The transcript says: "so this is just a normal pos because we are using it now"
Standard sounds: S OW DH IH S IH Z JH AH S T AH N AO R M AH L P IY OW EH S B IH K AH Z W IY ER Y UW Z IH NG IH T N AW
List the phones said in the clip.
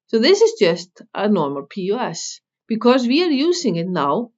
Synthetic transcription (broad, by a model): S OW DH IH S IH Z JH AH S T AH N AO R M AH L P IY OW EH S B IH K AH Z W IY ER Y UW Z IH NG IH T N AW